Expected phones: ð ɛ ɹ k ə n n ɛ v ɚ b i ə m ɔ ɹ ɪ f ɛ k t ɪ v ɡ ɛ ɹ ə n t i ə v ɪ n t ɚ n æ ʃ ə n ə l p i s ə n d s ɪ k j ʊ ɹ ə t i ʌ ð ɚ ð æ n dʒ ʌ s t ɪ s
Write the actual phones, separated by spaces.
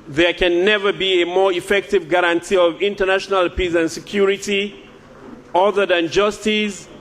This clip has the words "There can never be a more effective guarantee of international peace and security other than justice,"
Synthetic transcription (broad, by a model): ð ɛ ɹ k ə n n ɛ v ɚ b i ə m ɔ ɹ ɪ f ɛ k t ɪ v ɡ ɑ ɹ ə n t i ə v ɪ n t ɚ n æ ʃ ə n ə l p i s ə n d s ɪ k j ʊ ɹ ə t i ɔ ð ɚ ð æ n dʒ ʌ s t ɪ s